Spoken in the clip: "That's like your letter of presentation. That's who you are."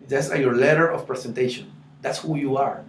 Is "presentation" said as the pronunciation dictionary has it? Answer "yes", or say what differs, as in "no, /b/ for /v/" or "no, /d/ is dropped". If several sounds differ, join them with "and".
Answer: no, /s/ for /z/